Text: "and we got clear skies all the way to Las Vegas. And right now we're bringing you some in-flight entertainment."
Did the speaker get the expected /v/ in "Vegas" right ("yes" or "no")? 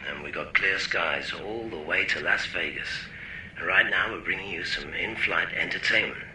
no